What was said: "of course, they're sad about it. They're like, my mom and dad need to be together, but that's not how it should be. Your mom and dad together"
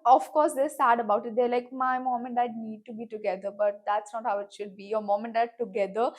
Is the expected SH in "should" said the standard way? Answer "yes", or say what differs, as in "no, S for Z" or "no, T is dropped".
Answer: yes